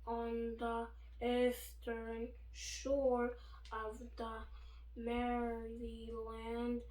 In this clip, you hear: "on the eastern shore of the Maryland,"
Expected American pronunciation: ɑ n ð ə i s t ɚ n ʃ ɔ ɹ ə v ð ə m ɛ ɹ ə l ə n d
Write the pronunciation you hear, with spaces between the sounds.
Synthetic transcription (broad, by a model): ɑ n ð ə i s t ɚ n ʃ ɔ ɹ ə v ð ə m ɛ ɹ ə l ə n d